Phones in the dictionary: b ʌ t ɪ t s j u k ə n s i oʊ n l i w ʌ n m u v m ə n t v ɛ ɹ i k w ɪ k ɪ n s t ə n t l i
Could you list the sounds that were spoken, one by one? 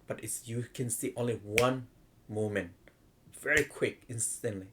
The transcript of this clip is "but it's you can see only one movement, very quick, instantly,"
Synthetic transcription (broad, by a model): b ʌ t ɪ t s j u k ə n s i oʊ n l i w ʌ n m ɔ m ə n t v ɛ ɹ i k w ɪ k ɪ n s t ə n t l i